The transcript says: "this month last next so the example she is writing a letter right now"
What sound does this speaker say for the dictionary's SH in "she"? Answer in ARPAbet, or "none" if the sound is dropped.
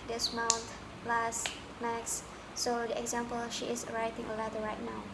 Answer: SH